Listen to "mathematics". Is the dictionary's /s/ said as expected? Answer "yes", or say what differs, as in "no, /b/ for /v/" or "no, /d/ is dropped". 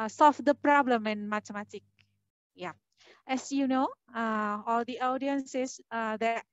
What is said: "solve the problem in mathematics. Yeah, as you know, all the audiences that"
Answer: no, /s/ is dropped